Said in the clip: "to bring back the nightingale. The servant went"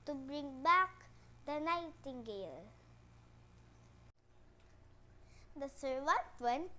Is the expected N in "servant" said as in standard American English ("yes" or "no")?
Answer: no